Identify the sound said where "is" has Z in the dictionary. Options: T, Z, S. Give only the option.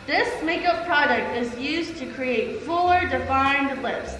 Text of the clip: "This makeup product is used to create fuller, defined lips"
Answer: Z